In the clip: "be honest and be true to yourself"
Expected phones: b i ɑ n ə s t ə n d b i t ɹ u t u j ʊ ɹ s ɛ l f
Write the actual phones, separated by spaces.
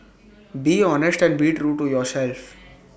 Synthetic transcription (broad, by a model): b i ɑ n ə s t ə n d b i t ɹ u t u j ʊ ɹ s ɛ l f